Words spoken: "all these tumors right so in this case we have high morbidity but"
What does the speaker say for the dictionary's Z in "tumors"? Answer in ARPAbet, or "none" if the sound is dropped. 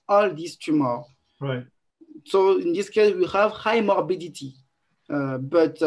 none